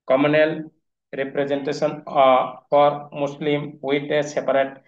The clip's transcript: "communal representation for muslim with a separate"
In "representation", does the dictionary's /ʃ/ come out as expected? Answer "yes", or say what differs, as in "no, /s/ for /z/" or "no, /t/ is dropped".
no, /s/ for /ʃ/